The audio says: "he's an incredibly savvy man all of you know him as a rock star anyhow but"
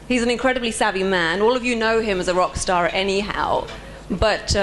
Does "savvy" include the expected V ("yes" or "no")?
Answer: no